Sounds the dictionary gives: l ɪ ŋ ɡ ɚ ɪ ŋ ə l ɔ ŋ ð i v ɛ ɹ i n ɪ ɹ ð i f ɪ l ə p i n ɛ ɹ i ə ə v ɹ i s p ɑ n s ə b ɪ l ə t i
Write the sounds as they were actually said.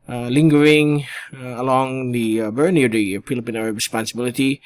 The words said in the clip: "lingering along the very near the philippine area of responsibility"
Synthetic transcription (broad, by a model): l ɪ ŋ ɡ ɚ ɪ ŋ ə l ɔ ŋ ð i b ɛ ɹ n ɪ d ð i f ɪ l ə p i n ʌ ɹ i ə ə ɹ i s p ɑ n s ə b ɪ l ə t i